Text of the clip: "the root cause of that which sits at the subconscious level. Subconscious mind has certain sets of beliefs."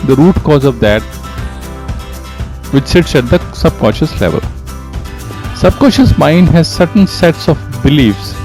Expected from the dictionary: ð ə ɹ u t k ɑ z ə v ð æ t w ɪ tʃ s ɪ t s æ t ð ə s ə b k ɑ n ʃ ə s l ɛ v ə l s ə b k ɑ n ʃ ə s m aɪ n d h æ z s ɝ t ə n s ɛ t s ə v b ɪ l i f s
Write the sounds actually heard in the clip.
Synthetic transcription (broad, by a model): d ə ɹ u t k ɑ z ə v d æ t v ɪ tʃ s ɪ t s æ t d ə s ə b k ɑ n ʃ ə s l ɛ v ə l s ə b k ɑ n ʃ ə s m aɪ n d h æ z s ɝ t ə n s ɛ t s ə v b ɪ l i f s